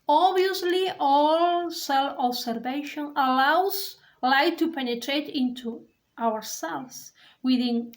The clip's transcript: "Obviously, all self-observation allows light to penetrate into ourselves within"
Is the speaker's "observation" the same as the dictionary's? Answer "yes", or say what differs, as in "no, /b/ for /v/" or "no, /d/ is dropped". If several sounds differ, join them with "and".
no, /s/ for /z/